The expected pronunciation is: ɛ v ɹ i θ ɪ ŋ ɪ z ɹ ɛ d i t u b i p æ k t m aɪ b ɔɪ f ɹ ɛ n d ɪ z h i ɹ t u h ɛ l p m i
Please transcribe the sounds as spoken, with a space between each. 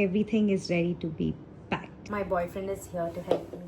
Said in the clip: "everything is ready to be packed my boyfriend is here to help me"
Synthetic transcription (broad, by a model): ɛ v ɹ i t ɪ ŋ ɪ z ɹ ɛ d i t u b i b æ k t m aɪ b ɔɪ f ɹ ɛ n d ɪ z h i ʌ t u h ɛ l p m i